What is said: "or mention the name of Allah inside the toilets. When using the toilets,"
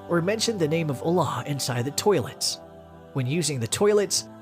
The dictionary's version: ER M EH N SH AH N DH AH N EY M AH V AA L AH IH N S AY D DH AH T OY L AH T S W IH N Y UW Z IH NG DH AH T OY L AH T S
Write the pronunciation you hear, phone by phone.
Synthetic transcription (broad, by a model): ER M EH N SH AH N DH AH N EY M AH V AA L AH IH N S AY D DH AH T OY L AH T S W IH N Y UW Z IH NG DH AH T OY L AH T S